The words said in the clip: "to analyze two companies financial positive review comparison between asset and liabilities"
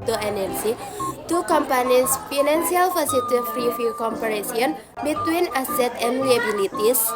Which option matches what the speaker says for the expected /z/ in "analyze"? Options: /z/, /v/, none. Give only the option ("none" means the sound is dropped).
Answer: none